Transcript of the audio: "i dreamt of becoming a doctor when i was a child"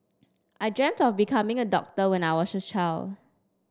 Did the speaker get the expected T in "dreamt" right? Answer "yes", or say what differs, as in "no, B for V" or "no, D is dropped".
yes